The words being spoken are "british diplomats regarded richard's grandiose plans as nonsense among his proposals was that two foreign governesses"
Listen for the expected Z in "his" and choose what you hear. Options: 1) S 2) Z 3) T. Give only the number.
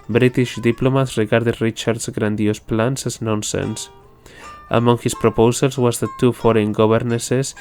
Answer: 1